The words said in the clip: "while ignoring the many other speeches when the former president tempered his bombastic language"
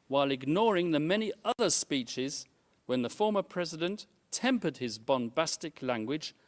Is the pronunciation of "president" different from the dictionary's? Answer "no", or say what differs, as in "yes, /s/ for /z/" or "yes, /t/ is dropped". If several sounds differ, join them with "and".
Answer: no